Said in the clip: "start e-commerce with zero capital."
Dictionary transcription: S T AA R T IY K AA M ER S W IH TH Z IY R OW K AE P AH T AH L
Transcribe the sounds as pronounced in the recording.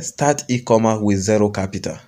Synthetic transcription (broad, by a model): S T AA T IY K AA M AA W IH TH Z IY R OW K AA P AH T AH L